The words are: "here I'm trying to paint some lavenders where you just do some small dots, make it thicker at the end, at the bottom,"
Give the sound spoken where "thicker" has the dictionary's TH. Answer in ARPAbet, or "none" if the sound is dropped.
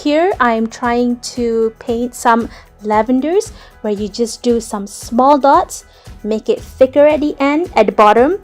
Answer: F